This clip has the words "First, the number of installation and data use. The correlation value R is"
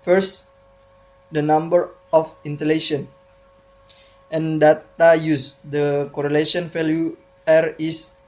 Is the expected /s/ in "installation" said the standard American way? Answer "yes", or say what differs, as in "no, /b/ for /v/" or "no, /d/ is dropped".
no, /s/ is dropped